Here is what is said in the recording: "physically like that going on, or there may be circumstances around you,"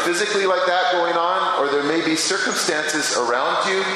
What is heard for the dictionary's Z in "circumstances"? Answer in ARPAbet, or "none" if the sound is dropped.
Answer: Z